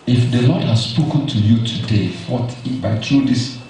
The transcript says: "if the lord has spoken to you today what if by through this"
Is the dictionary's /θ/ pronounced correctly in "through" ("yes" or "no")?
no